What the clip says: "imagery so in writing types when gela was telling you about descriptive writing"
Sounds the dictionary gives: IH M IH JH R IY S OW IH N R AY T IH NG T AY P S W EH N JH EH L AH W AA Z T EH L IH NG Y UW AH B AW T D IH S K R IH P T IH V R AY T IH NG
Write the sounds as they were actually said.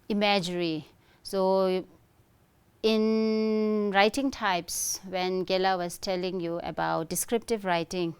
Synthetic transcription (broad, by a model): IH M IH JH R IY S OW IH N R AY T IH NG T AY P S W EH N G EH L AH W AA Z T EH L IH NG Y UW AH B AW T D IH S K R IH P T IH V R AY T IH NG